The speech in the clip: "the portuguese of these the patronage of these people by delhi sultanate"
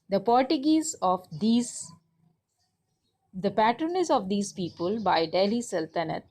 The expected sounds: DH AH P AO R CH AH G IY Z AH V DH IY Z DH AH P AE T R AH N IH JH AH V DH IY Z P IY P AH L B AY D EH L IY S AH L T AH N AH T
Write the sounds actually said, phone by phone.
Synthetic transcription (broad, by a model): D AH P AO R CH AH G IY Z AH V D IY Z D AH P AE T R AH N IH Z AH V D IY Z P IY P AH L B AY D EH L IY S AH L T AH N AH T